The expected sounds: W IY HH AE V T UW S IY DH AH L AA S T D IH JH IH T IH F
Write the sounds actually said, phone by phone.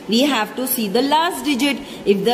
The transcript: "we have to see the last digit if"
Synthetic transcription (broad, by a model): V IY HH AE V T UW S IY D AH L AA S T D IH JH IH T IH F